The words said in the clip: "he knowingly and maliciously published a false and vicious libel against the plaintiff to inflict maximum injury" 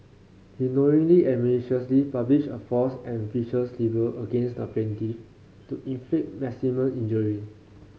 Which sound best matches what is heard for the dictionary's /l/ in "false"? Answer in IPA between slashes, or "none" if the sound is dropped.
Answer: none